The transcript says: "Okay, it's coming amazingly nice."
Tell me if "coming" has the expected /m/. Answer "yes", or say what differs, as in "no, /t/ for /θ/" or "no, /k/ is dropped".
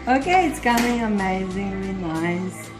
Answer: no, /m/ is dropped